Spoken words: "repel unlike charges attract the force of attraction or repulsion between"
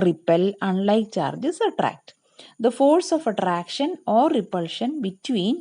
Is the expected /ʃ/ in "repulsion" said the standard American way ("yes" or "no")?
yes